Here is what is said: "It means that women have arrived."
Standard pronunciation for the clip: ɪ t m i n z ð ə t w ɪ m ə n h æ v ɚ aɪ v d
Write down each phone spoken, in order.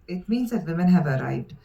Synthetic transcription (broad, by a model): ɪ t m i n z ð ə t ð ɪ m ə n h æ v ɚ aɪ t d